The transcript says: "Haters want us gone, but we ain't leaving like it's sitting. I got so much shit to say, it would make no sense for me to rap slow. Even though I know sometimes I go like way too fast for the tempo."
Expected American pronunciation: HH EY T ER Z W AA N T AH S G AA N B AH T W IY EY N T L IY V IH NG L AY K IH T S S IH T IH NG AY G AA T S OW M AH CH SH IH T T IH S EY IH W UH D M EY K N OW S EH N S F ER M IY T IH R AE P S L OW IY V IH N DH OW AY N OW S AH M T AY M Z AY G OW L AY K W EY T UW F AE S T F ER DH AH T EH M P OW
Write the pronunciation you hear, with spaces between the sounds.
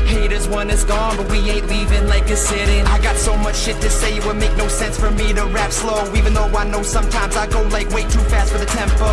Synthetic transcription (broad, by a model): HH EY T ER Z W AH N IH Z G AA N B AH T W IY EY T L IY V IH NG L AY K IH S S IH T IH NG AY G AA T S OW M AH CH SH IH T T IH S EY IH W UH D M EY K N OW S EH N S F ER M IY T IH R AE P S L OW IY V IH N DH OW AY N OW S AH M T AY M Z AY G OW L AY K W EY T UW F AE S T F ER DH AH T EH M P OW